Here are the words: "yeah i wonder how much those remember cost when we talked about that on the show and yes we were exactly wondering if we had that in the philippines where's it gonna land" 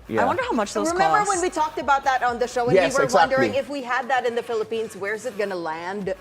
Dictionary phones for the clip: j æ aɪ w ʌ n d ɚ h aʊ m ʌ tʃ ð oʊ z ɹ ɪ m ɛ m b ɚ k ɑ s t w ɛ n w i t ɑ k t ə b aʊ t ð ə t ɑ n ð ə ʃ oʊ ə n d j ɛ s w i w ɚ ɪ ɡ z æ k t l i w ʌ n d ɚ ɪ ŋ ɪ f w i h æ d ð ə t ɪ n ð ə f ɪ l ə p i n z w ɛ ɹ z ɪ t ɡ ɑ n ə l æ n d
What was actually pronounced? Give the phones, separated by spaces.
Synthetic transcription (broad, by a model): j aɪ w ʌ n d ɚ h aʊ m ʌ tʃ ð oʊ ɹ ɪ m ɛ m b ɚ w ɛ n w i t ɑ k t ə b aʊ t ð ə t n ð ə ʃ oʊ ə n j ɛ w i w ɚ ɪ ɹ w w ʌ n d ɚ ɪ ŋ ɪ f w i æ d ð ə t ɪ n ð ə f ɪ l ə p i n z w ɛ ɹ z ɪ t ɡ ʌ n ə l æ n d